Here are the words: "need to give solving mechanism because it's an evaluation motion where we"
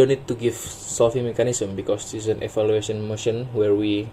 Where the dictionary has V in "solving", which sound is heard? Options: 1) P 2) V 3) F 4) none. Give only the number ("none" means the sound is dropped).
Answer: 3